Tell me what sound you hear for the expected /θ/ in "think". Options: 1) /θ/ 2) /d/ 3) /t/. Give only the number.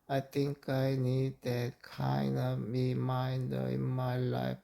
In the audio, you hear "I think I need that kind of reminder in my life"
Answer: 3